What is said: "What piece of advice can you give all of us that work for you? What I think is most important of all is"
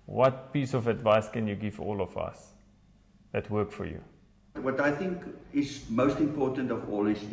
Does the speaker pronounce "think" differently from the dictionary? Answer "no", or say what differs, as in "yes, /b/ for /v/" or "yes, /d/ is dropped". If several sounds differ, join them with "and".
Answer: no